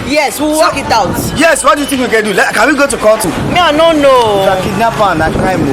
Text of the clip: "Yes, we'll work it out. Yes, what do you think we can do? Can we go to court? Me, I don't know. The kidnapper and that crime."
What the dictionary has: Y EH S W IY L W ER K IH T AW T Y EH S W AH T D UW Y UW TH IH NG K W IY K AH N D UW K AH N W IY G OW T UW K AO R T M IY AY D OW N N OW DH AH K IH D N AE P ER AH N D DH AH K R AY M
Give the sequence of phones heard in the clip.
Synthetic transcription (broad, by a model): Y EH S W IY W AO K IH T AW T Y EH S W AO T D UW Y UW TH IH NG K W IY K AH N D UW K AH N W IY G OW T UW K AO L T M IY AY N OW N N OW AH K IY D N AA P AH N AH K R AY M